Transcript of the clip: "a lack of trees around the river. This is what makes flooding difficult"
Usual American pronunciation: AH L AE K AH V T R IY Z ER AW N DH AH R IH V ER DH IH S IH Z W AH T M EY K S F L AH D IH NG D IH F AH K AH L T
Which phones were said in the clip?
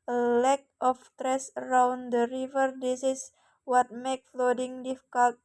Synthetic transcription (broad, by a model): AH L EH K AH F T R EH S ER AW N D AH R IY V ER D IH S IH S W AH T M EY K F L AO D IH NG D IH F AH K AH L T